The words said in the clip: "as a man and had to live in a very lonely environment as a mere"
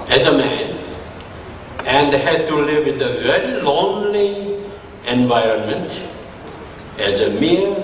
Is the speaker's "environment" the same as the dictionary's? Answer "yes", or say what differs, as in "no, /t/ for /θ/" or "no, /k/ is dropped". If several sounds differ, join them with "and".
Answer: yes